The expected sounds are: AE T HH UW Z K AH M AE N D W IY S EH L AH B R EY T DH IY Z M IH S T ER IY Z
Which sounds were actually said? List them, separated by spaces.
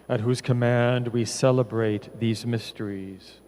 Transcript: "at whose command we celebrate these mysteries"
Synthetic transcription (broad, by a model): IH T HH UW Z K AH M AE N D W IY S EH L AH B R EY T DH IY Z M IH S T ER IY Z